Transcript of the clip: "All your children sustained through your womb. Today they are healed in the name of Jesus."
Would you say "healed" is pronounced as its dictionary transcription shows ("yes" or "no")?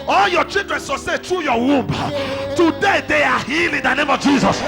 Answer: no